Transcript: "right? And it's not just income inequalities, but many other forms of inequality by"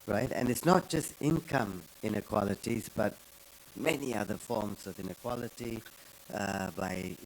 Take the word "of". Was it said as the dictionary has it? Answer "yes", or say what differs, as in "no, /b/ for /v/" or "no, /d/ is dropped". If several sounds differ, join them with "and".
yes